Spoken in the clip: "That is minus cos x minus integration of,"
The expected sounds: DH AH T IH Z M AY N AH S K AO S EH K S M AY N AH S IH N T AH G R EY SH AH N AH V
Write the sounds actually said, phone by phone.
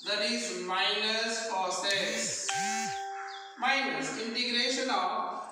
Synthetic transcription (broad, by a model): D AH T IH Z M AY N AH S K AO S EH S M AY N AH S IH N T AH G R EY SH AH N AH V